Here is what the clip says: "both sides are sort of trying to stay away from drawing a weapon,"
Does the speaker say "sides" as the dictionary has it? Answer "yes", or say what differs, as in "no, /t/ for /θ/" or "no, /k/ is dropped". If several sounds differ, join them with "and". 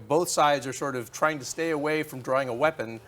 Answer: yes